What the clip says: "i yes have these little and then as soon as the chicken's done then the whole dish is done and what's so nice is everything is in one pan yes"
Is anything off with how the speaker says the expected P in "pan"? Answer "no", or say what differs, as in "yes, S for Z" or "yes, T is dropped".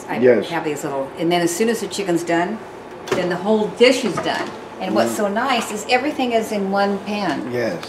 no